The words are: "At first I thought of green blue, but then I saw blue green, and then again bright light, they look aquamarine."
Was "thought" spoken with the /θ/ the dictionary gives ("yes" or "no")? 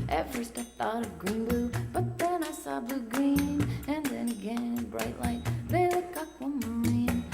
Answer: yes